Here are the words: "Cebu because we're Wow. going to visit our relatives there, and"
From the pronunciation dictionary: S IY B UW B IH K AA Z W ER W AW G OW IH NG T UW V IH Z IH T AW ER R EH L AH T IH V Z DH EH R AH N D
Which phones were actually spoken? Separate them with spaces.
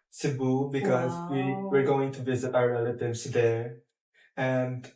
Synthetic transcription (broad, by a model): S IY B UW B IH K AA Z W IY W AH G OW IH NG T UW V IH Z IH T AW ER R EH L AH T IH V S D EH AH N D